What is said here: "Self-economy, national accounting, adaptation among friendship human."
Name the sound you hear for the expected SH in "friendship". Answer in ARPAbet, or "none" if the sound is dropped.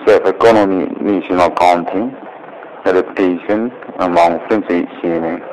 S